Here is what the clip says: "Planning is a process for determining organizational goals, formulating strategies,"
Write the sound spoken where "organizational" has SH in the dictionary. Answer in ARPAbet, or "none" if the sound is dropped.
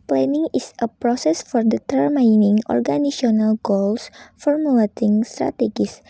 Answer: none